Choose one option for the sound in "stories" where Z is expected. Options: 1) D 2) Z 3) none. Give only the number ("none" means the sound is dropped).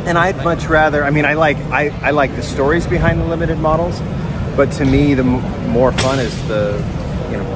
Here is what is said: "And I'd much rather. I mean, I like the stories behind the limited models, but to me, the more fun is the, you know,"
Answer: 2